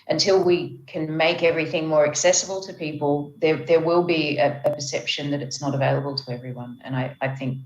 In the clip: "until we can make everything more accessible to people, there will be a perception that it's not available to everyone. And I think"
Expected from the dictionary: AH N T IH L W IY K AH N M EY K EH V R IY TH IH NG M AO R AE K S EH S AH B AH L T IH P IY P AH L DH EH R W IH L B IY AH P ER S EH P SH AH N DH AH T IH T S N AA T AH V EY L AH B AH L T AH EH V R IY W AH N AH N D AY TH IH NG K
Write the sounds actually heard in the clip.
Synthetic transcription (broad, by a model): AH N T IH L W IY K AH N M EY K EH V R IY TH IH NG M AO R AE K S EH S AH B L T IH P IY P AH L DH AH R W IH L B IY AH P ER S EH P SH AH N DH AH T IH T S N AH T AH V EY L AH B AH L T AH EH V R IY W AH N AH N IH AY TH IH NG K